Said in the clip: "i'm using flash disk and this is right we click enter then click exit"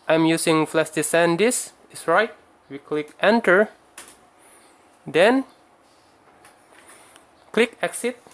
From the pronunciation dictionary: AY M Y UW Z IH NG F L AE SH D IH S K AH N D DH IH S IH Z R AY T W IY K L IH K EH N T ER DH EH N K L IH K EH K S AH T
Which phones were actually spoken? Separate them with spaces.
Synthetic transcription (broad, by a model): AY M Y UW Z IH NG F L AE S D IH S AH N D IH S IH S R AY T W IY K L IH K EH N T ER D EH N K L IH K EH K S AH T